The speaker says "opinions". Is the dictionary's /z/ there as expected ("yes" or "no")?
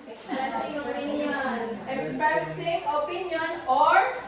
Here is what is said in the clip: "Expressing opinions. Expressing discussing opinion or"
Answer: no